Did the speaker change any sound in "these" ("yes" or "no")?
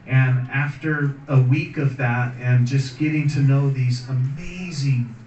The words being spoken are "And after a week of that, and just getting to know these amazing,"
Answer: no